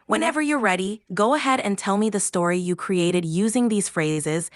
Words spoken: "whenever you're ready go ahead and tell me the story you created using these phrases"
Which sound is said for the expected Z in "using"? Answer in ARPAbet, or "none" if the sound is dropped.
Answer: Z